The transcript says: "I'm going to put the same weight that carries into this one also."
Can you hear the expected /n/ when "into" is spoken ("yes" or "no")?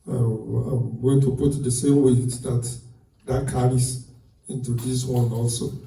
yes